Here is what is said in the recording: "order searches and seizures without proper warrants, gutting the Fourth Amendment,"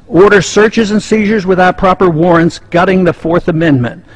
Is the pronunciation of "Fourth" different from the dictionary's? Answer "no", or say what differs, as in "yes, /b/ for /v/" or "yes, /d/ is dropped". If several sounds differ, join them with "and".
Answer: no